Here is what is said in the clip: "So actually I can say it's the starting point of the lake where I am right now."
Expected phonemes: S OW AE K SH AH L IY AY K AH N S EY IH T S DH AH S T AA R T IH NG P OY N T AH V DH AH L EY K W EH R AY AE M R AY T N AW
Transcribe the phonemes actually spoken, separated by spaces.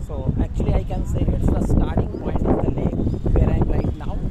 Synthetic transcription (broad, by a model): S OW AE K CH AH L IY AY K AH N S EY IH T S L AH S T AA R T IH NG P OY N AH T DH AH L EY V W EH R AY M L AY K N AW